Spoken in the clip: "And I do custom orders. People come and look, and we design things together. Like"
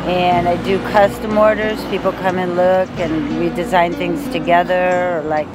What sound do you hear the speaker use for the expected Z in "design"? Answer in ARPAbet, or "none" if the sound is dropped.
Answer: Z